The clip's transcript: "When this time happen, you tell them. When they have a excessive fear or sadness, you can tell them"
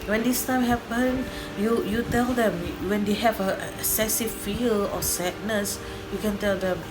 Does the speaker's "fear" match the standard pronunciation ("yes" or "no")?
no